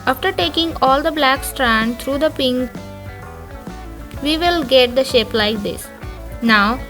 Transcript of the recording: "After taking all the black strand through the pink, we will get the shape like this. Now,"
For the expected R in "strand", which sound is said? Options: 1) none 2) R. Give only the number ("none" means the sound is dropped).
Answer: 2